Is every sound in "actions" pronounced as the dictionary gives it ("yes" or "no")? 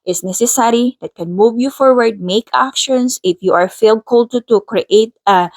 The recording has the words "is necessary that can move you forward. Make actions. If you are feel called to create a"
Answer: no